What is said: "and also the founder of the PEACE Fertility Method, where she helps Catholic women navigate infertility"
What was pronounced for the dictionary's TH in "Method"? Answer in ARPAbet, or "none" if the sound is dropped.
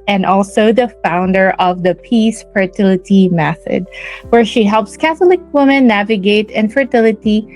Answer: TH